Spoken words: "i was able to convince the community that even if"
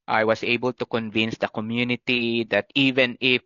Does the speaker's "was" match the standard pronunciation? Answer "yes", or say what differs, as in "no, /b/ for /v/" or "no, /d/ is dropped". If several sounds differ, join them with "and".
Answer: no, /s/ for /z/